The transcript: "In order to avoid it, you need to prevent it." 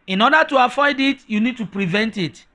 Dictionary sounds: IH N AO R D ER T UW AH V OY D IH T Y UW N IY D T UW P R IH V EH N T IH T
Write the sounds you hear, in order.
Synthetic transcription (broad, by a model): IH N AO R D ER T UW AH F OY D IH T Y UW N IY D T UW P R IH V EH N T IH T